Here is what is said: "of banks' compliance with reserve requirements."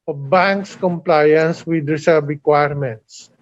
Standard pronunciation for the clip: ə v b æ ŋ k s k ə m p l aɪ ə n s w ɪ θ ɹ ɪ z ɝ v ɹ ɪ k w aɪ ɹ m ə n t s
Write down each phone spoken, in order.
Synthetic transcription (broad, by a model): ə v b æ ŋ k s k ə m p l aɪ ə n s w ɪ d ɹ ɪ s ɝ b ɹ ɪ k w aɪ ɹ m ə n t s